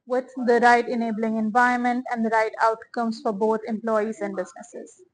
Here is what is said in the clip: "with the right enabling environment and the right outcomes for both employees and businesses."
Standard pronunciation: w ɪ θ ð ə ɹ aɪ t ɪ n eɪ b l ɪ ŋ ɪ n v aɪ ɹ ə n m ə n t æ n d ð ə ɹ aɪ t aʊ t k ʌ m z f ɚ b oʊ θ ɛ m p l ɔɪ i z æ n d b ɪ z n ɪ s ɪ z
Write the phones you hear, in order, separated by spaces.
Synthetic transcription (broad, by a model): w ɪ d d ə ɹ aɪ t ɪ n eɪ b l ɪ ŋ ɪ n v aɪ ə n m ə n t æ n d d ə ɹ aɪ t aʊ t k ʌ m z f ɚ b oʊ t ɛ m p l ɔɪ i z æ n d b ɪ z n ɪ s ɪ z